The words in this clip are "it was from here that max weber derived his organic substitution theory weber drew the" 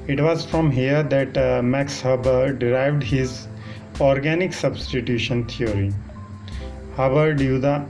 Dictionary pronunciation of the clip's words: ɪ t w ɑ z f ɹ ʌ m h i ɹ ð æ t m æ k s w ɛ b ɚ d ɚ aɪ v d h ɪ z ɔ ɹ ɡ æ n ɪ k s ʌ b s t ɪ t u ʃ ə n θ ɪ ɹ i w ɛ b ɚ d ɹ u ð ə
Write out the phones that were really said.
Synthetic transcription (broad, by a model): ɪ t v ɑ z f ɹ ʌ m h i ɹ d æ t m æ k s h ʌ b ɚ d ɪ aɪ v d h ɪ z ɔ ɹ ɡ æ n ɪ k s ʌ b s t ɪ t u ʃ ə n t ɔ ɹ i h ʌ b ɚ d u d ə